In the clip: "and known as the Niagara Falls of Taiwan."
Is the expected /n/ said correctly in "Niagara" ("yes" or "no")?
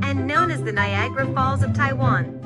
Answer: yes